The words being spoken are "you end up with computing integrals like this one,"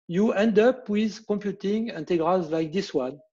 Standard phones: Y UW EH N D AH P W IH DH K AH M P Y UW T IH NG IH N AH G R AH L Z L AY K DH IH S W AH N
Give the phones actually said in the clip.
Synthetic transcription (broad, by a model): Y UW EH N D AH P W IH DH K AH M P Y UW T IH NG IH N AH G R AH L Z L AY K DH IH S W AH N